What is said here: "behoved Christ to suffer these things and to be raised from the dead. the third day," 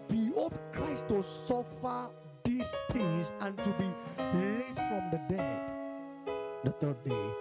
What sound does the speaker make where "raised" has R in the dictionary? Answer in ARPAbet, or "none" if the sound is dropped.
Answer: L